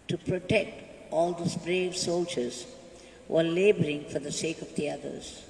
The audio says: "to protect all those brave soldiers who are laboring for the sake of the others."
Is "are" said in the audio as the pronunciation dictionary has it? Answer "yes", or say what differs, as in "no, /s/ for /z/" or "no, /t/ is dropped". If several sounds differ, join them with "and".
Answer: no, /l/ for /ɹ/